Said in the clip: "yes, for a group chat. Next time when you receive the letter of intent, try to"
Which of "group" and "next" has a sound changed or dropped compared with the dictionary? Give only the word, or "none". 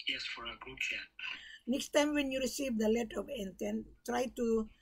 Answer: group